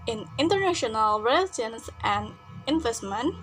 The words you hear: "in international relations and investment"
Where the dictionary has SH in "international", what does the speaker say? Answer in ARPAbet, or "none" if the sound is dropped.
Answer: SH